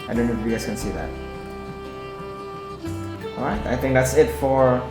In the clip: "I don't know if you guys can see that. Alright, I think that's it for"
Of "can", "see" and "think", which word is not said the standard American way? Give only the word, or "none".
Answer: none